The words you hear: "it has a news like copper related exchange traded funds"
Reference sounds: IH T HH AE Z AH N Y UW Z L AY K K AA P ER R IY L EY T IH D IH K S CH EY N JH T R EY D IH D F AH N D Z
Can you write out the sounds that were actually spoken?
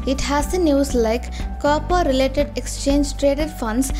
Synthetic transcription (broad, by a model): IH T HH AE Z AH N Y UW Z L AY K K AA P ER R IY L EY T IH D IH K S CH EY N JH T R EY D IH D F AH N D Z